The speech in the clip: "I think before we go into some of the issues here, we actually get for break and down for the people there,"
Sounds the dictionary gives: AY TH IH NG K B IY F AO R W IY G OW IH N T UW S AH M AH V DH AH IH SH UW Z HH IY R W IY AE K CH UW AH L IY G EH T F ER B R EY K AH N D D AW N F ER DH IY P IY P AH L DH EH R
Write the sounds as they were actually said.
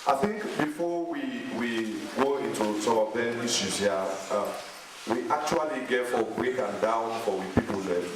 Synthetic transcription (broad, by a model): AY TH IH NG K B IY F AO W W IY G OW IH N T UW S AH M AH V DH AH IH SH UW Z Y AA W IY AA K CH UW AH L IY G EH T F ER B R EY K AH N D D AW N F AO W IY P IY P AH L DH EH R